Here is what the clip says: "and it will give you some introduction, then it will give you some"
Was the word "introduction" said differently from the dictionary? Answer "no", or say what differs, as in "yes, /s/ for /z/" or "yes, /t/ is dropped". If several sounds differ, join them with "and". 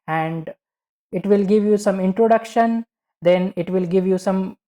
no